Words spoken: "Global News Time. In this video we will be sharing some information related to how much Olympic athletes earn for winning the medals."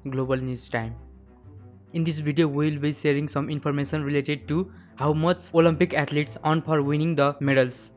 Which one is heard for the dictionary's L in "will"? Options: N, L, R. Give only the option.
L